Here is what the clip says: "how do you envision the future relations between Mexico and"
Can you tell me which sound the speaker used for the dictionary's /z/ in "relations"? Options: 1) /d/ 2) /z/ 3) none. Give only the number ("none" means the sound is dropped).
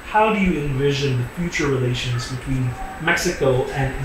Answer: 2